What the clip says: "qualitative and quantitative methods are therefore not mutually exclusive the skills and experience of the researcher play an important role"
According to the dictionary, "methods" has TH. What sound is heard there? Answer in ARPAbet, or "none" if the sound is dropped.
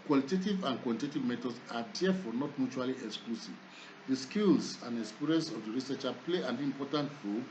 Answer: T